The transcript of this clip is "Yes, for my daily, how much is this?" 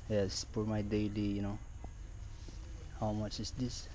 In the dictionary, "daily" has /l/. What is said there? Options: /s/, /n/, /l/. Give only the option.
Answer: /n/